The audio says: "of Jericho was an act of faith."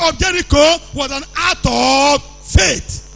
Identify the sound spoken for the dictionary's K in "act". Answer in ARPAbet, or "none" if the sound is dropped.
none